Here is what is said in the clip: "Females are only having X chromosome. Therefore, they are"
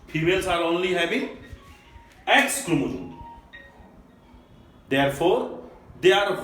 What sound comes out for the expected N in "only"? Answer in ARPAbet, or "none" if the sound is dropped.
N